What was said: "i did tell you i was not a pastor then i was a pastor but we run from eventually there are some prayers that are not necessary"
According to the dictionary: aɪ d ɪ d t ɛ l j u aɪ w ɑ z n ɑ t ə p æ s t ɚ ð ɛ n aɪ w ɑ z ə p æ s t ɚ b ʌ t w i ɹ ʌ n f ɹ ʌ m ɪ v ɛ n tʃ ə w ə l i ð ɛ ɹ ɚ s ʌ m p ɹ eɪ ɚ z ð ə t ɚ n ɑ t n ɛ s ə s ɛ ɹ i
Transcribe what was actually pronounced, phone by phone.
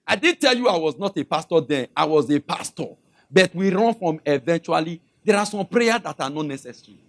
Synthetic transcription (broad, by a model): aɪ d ɪ d t ɛ l j u aɪ w ɑ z n ɑ t ə p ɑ s t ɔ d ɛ aɪ w ɑ z ə p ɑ s t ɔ b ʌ t w i ɹ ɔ n f ɹ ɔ m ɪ v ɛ n tʃ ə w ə l i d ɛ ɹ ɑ s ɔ m p ɹ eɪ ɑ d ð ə t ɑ n ɑ t n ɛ s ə s ɹ i